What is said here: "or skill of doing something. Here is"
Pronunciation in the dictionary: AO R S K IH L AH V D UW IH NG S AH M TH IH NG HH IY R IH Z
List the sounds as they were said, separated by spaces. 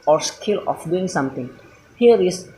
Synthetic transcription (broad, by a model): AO R S K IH L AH F D UW IH NG S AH M T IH NG HH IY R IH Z